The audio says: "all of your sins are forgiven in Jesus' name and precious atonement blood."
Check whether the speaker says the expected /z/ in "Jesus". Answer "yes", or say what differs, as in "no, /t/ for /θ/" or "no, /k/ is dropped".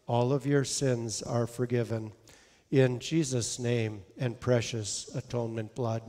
yes